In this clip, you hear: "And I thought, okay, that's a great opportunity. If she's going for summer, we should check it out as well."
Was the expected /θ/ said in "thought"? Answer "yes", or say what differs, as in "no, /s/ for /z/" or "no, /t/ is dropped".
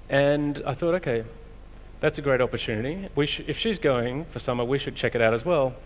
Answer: yes